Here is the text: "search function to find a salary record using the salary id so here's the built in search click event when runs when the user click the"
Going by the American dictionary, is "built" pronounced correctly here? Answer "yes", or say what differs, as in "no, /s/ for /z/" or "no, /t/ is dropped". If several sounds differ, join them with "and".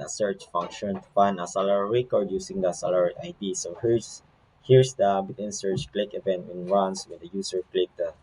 no, /l/ is dropped